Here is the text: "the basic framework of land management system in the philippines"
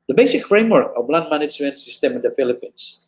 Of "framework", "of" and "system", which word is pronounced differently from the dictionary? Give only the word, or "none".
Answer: of